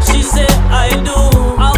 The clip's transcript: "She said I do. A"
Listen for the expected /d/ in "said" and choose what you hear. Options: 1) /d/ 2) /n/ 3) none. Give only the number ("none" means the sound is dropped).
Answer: 3